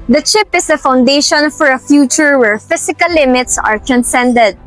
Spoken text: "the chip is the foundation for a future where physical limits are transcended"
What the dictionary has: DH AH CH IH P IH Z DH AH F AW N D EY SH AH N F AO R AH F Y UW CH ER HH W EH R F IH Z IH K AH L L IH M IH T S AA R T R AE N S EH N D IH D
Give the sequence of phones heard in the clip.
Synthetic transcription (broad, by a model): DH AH CH IH P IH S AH F AW N D EY SH AH N F AO R AH F Y UW CH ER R W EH R F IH S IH K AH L L IH M IH T S AA R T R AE N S EH N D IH D